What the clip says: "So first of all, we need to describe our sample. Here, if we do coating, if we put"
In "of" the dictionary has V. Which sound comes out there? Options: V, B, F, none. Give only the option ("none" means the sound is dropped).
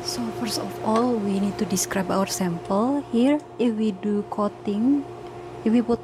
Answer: F